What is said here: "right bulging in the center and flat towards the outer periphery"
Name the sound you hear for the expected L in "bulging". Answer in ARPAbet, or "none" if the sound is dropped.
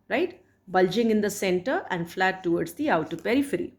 L